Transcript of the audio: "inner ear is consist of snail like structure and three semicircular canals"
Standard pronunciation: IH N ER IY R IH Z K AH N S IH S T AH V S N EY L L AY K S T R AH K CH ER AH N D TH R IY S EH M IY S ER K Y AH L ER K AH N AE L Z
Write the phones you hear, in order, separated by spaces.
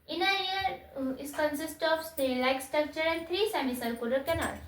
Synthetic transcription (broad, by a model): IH N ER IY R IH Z K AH N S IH S T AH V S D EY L L AY K S T R AH K CH ER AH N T R IY S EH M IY S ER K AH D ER K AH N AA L